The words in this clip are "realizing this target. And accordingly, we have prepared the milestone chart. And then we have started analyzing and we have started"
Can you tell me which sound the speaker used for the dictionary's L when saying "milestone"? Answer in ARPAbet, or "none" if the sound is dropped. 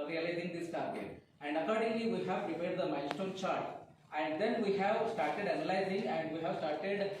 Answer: N